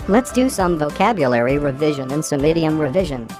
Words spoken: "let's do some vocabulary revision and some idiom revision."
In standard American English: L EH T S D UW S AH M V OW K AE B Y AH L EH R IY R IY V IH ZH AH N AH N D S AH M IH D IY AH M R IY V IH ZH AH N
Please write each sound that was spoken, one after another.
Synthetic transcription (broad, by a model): L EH T S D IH S AH M V OW K AE B Y AH L EH R IY R IY V IH ZH AH N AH N S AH M IH D IY AH M R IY V IH ZH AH N